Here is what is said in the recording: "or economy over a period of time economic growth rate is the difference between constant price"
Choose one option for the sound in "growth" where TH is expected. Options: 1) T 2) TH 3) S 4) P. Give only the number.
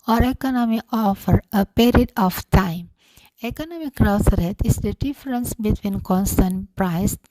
3